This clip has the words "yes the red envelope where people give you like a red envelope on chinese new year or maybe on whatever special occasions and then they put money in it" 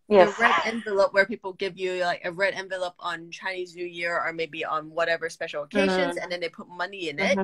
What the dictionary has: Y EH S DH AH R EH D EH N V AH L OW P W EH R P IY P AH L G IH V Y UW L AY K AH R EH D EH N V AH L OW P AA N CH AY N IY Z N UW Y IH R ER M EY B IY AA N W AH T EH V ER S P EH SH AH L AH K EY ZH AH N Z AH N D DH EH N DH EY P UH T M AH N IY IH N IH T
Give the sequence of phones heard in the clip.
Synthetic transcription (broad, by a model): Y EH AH R EH D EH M V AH L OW P W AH R P IY P L G IH V Y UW L AY K AH R EH D EH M V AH L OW P N CH AY N IY Z N UW Y IH R ER M EY B IY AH N W AH T EH V ER S P EH SH L AH K EY ZH AH N Z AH N DH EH N DH EY P UH T M AH N IY IH N IH T